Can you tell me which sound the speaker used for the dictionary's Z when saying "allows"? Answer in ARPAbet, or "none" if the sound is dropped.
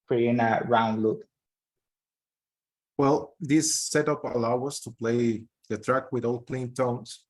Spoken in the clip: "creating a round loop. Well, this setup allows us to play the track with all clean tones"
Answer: none